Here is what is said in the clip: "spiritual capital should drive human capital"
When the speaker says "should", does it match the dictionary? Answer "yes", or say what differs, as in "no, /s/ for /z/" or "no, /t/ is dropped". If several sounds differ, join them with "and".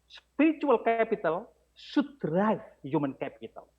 no, /s/ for /ʃ/